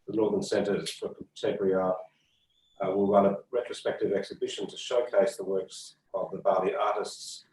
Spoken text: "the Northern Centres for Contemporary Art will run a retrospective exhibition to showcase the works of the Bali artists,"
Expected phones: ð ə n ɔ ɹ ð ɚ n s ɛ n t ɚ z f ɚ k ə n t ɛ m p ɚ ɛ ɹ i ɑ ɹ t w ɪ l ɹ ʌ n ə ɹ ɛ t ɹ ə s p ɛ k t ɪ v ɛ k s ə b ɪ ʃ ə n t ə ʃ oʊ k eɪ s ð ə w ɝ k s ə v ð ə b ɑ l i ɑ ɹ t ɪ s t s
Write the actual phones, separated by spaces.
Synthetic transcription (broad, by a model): ð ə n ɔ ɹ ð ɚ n s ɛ n t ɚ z f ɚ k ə t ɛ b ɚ ɹ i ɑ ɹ w ɪ l ɹ ʌ n ə ɹ ɛ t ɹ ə s p ɛ k t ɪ v ɛ k s ə b ɪ ʃ ə n t ə ʃ oʊ k eɪ s ð ə w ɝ k s ə v ð ə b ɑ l i ɑ ɹ t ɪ s t s